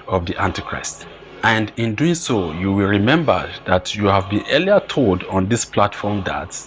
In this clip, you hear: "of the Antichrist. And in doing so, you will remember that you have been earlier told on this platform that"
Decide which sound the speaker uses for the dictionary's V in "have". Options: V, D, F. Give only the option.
V